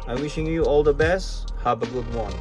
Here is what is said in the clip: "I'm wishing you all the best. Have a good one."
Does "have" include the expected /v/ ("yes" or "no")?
no